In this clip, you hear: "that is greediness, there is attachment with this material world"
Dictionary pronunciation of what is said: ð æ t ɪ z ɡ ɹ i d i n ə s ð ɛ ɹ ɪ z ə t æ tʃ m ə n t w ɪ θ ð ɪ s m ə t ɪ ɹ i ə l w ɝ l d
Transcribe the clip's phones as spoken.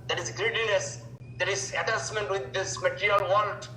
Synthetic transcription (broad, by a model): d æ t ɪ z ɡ ɹ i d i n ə s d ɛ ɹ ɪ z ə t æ s m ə n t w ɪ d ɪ s m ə t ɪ ɹ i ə l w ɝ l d